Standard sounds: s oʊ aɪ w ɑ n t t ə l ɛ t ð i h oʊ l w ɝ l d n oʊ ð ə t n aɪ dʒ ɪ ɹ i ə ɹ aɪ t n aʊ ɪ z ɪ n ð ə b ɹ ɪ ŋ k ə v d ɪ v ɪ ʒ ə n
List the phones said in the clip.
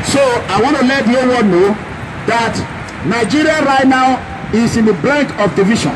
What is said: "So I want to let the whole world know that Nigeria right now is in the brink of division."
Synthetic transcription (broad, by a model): s oʊ aɪ w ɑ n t t ə l ɛ t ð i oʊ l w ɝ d n oʊ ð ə t n aɪ dʒ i ɹ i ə ɹ aɪ t n aʊ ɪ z ɪ n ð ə b l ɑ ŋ k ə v d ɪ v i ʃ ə n